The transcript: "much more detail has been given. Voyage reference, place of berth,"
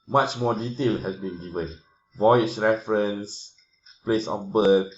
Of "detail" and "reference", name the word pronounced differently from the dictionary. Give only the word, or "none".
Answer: none